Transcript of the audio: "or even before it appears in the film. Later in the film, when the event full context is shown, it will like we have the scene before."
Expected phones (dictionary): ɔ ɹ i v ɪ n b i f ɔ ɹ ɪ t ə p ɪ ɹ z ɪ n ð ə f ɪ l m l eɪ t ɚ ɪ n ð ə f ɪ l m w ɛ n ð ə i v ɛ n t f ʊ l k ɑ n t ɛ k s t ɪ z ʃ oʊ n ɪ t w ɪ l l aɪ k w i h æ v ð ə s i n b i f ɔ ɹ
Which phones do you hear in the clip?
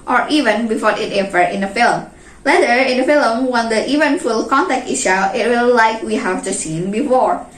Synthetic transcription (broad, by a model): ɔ ɹ i v ɪ n b i f ɔ ɹ ɪ t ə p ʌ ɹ ɪ n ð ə f ɪ l m l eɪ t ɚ ɪ n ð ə f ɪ l m w ɛ n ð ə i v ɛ n f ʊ l k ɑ n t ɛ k t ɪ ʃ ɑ ɪ t w ɪ l l aɪ k w i h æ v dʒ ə s i n b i f ɔ ɹ